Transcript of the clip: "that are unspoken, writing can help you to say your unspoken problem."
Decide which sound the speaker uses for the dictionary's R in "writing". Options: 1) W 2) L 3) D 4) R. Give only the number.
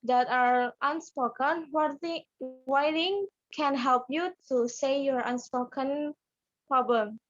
1